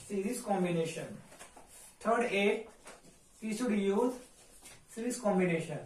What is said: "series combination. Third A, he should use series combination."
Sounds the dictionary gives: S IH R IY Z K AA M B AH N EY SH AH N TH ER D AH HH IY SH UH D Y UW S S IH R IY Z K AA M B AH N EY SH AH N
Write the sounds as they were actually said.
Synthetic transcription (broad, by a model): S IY R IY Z K AA M B AH N EY SH AH N T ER D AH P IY S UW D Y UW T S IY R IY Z K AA M B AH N EY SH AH N